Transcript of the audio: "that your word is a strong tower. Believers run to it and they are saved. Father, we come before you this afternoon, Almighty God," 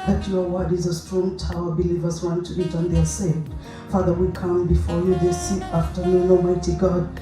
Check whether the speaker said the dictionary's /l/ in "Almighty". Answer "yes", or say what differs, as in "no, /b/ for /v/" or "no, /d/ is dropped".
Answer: no, /l/ is dropped